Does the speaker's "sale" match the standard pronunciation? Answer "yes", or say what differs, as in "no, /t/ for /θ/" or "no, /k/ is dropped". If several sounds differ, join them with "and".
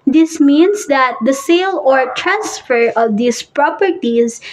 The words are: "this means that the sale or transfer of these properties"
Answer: yes